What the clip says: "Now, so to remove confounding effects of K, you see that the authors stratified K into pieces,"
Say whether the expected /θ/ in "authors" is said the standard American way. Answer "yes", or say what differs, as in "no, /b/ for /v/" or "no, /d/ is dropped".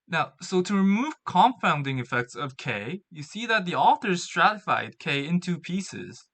yes